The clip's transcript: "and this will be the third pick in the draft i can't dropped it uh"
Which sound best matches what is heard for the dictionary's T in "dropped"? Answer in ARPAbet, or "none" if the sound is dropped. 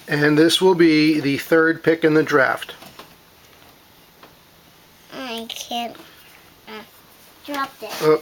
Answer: none